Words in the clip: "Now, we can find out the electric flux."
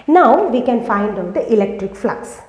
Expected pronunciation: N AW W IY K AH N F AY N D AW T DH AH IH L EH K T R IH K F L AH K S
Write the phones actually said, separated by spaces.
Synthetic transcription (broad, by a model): N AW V IY K AH N F AY N D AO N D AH IH L EH K T R IH K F L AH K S